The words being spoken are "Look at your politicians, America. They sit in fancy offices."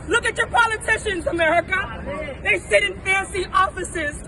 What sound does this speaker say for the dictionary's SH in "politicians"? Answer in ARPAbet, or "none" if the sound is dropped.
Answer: SH